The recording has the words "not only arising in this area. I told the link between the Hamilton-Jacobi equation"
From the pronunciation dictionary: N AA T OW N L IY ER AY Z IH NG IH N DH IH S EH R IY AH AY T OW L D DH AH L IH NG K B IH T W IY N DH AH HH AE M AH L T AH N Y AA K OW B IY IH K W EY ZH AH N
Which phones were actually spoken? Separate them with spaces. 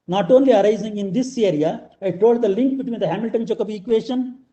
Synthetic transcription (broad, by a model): N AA T OW N L IY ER AY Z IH NG IH N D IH S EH R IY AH AY T OW L D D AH L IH NG K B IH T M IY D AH HH AE M AH L T AH N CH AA K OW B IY K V EY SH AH N